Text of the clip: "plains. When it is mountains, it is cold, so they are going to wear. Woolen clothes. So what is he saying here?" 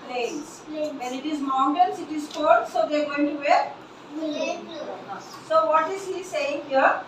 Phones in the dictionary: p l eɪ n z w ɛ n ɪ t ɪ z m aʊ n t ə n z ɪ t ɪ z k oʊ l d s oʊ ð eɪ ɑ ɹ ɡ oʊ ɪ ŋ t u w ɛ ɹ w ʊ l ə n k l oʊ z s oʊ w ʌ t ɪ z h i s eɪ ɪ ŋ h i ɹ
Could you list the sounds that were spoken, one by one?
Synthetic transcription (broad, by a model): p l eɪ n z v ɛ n ɪ t ɪ z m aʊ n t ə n s ɪ t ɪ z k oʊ d s oʊ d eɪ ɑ ɹ ɡ oʊ ɪ ŋ t u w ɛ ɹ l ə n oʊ s oʊ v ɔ t ɪ z h i s eɪ ɪ ŋ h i ɹ